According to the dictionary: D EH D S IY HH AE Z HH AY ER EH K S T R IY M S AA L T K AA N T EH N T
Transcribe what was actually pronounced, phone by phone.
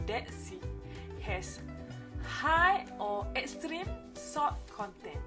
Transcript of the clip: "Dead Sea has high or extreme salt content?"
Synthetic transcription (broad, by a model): D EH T S IY HH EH S HH AY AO EH K S T R IY M S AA T K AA N T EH N